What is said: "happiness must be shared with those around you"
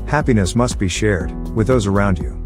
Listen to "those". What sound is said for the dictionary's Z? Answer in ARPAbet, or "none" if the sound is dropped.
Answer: Z